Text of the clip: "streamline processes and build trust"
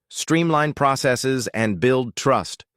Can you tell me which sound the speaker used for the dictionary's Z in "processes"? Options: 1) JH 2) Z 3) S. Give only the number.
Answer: 2